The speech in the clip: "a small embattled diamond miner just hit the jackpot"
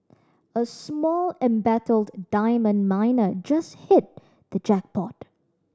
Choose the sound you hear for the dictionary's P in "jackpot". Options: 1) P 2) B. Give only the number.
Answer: 1